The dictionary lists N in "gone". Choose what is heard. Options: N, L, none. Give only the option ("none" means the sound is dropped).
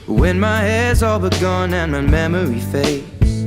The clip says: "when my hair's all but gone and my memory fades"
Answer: N